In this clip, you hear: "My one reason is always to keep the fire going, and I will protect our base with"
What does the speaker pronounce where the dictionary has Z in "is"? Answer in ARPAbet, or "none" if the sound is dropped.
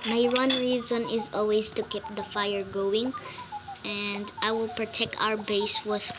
Z